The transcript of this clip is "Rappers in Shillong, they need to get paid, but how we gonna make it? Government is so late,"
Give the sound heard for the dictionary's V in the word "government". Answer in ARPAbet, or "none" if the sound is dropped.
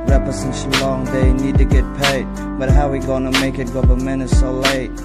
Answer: P